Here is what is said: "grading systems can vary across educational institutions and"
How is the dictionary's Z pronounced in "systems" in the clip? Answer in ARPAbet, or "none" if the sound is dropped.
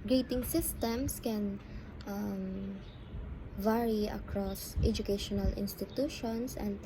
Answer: S